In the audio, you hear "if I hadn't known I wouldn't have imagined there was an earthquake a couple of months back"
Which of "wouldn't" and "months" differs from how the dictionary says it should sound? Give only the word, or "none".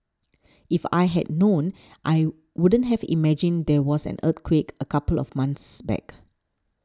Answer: months